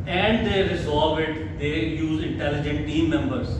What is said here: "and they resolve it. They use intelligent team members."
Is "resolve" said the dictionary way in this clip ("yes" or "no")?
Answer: no